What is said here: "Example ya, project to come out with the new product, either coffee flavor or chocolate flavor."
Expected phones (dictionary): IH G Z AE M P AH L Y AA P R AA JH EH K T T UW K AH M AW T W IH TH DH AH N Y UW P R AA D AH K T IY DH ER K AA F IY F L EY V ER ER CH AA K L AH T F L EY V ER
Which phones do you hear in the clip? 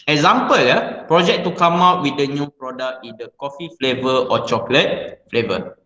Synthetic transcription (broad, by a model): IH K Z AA M P AH L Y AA P R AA JH EH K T T UW K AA M AW T W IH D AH N Y UW P R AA D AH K IY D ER K AA F IY F L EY V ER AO CH AA K L AH T F L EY V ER